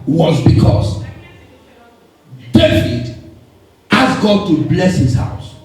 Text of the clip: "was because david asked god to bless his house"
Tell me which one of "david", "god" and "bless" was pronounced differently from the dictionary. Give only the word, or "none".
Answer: david